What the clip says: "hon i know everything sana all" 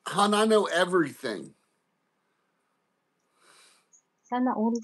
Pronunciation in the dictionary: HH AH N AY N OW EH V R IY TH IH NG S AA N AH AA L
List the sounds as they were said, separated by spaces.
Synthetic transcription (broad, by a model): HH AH N AY N OW EH V R IY TH IH NG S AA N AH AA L